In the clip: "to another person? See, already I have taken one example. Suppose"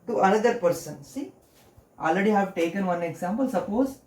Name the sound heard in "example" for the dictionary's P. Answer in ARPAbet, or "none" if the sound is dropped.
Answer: P